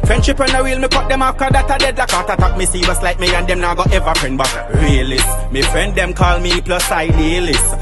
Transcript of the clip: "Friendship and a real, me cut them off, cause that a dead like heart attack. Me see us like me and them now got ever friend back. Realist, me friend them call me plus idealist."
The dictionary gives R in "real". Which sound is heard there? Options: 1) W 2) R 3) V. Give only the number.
1